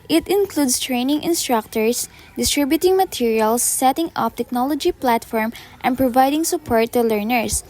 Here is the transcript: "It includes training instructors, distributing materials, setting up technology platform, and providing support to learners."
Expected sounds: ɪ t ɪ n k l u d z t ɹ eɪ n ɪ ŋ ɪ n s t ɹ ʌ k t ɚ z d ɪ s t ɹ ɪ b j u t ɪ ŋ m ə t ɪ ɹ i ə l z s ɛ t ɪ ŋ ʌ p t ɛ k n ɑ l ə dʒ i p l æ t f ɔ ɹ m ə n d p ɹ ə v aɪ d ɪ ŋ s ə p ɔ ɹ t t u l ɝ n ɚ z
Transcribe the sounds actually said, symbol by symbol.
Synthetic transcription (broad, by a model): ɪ t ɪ n k l u d s t ɹ eɪ n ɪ ŋ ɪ n s t ɹ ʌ k t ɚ s d ɪ s t ɹ ɪ b j u t ɪ ŋ m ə t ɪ ɹ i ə l s ɛ t ɪ ŋ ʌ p t ɛ k n ɑ l ə dʒ i p l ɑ t f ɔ ɹ m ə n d p ɹ ə v aɪ d ɪ ŋ s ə p ɔ ɹ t t u l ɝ n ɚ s